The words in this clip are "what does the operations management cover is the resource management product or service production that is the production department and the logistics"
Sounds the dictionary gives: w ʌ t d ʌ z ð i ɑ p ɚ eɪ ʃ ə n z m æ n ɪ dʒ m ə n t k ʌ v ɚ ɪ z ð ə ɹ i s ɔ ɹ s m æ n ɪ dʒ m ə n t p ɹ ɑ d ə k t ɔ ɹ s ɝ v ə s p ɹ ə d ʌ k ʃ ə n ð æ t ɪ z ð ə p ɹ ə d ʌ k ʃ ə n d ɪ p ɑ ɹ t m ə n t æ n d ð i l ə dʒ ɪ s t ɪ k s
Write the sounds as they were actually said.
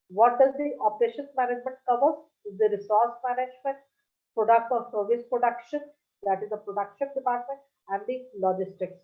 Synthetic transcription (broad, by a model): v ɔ t d ʌ z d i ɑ p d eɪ ʃ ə n m æ n ɪ dʒ m ə n t k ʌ v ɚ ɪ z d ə ɹ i s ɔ ɹ s m æ n ɪ dʒ m ə n t p ɹ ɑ d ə k t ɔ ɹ s ɝ v ə s p ɹ ə d ʌ k ʃ ə n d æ t ɪ z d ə p ɹ ə d ʌ k ʃ ə n d ɪ p ɑ ɹ t m ə n t æ n d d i l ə dʒ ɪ s t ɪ k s